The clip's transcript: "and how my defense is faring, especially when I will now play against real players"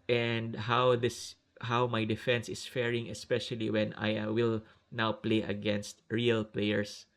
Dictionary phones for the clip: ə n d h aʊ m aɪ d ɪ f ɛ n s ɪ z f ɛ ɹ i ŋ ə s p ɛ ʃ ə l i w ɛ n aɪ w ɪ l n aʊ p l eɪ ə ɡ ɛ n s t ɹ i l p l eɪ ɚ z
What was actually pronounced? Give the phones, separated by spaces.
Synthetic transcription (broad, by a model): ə n d h aʊ m aɪ d ɪ f ɛ n s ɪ s f ɛ ɹ i ŋ ə s p ɛ ʃ ə l i w ɛ n aɪ w ɪ l n aʊ p l eɪ ə ɡ ɛ n s t ɹ i l p l eɪ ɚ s